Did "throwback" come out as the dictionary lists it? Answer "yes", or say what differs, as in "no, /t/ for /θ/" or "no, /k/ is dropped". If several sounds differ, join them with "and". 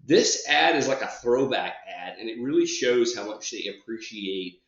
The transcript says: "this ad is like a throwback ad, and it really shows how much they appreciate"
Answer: yes